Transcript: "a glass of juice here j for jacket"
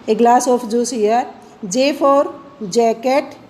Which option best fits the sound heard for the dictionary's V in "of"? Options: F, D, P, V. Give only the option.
P